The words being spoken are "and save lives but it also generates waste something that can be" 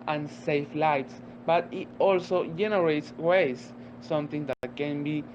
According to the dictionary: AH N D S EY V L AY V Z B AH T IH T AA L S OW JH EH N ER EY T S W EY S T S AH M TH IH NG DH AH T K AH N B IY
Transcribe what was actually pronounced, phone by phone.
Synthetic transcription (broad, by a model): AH N S EY F L AY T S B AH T IH T AA L S OW JH EH N ER EY T S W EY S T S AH M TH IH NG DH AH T K AH N B IY